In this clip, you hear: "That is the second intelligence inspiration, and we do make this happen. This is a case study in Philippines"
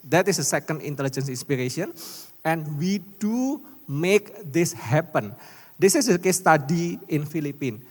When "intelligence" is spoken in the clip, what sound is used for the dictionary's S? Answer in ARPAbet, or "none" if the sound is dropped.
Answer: S